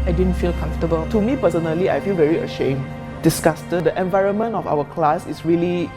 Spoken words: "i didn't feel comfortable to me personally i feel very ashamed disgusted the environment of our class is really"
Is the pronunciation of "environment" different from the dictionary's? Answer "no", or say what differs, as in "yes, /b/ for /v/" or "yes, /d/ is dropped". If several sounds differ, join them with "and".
no